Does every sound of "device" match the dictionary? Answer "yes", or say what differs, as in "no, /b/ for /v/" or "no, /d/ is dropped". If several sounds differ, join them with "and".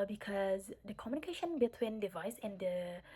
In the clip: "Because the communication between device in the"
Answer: yes